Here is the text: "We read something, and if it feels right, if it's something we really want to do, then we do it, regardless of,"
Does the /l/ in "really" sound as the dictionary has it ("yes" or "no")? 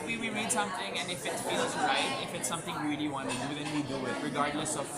no